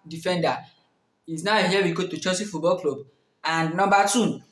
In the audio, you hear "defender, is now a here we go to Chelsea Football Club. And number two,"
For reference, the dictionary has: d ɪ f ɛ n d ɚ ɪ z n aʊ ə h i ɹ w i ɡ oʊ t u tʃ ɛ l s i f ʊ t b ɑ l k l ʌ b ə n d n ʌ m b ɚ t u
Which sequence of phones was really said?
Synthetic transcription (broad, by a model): d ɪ f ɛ n d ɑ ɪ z n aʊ ə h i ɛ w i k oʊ t u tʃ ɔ s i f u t b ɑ l k l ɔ b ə n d n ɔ m b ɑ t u